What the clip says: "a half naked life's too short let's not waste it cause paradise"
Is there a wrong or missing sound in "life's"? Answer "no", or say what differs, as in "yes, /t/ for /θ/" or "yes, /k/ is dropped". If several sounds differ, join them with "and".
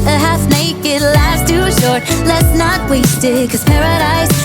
yes, /f/ is dropped